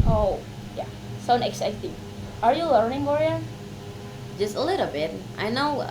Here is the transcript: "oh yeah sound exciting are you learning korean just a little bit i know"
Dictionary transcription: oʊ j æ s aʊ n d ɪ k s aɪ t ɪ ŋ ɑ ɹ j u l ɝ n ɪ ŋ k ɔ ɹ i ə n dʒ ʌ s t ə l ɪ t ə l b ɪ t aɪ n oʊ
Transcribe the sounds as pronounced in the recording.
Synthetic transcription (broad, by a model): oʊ j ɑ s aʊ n ɪ k s aɪ t ɪ ŋ ɑ ɹ j u l ɝ n ɪ ŋ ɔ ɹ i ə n dʒ ʌ s t ə l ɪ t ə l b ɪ t aɪ n oʊ